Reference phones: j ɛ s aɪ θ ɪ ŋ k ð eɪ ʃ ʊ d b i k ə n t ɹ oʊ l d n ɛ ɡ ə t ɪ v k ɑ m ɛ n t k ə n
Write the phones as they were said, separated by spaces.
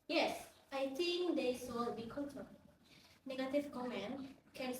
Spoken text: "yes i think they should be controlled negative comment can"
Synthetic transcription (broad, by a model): j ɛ s aɪ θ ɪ ŋ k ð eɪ s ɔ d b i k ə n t oʊ n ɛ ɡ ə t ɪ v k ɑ m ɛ n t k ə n